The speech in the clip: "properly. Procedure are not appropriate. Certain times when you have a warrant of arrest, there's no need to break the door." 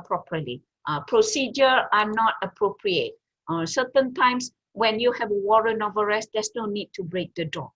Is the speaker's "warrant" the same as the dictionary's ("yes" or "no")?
no